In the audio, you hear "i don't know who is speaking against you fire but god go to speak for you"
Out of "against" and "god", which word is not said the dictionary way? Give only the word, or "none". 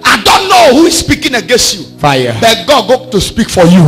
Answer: none